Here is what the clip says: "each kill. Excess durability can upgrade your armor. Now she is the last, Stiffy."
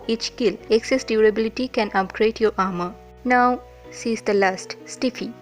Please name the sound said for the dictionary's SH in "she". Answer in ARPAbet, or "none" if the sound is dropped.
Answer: S